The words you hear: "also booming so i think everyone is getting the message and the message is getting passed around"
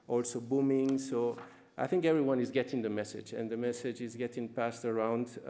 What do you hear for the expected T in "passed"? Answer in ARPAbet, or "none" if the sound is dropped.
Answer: T